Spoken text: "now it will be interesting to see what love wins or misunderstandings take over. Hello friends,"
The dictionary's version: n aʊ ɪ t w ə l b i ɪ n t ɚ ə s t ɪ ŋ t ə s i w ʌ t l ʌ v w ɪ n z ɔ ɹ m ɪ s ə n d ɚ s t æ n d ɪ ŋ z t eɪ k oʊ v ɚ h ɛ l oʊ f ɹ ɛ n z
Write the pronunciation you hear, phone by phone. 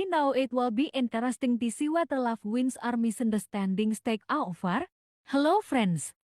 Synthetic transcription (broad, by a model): n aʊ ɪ t w ə l b i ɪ n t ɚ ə s t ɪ ŋ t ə s i w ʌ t l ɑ f w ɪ n s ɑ ɹ m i s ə n d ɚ s t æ n d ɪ ŋ s t eɪ k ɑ f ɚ h ɛ l oʊ f ɹ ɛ n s